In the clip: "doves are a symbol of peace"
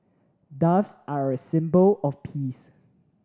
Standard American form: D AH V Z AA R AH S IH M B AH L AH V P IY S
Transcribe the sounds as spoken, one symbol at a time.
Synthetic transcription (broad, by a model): D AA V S AA R AH S IH M B AH L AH F P IY S